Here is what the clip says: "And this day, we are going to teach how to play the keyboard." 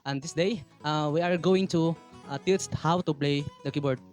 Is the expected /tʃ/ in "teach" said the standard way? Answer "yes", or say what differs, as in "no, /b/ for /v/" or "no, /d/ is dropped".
no, /s/ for /tʃ/